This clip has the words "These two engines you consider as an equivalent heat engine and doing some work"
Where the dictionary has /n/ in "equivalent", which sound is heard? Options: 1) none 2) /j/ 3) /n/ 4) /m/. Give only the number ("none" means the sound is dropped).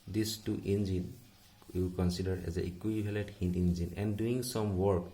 1